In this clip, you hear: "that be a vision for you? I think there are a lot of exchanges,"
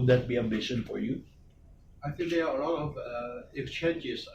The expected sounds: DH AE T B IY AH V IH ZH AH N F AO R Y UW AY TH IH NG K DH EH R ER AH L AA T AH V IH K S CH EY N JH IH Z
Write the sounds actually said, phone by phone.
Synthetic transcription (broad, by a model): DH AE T B IY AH B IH SH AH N F AO R Y UW AY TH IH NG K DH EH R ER AH L AA T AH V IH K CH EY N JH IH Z